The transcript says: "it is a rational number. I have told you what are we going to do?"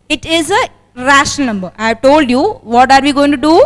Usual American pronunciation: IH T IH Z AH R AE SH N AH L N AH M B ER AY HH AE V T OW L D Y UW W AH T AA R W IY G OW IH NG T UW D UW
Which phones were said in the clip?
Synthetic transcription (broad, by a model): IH T IH Z AH R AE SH AH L N AH M B ER AY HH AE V T OW L D Y UW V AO T AA R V IY G OW IH NG T UW D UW